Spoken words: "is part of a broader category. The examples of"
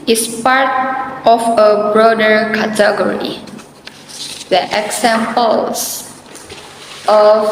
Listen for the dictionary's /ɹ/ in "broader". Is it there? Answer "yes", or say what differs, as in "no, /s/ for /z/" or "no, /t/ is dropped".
yes